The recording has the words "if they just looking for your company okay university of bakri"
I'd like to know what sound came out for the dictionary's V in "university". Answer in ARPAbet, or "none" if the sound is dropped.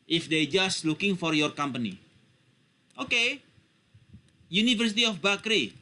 F